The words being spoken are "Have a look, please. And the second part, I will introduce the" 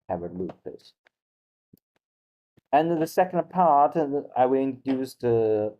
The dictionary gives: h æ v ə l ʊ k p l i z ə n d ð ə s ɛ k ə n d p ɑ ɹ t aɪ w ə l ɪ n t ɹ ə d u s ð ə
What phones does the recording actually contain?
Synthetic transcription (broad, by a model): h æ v ə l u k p ɪ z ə n ð ə s ɛ k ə n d p ɑ ɹ t aɪ w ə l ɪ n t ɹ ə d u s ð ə